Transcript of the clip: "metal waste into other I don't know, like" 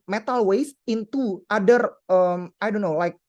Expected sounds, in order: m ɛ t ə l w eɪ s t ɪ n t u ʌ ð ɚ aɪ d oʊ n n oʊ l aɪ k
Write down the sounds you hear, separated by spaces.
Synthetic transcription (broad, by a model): m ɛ t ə l w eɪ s ɪ n t u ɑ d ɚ aɪ d oʊ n n oʊ l aɪ k